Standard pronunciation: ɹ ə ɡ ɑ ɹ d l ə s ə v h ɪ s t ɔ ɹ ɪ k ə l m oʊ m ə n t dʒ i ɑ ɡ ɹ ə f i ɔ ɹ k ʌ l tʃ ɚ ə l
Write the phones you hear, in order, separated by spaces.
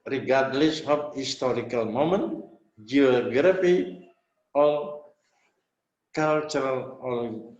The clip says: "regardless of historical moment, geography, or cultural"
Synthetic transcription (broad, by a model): ɹ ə ɡ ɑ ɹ d l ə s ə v h ɪ s t ɔ ɹ ɪ k ə l m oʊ m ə n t dʒ i ɑ ɡ ɹ ə f i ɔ l k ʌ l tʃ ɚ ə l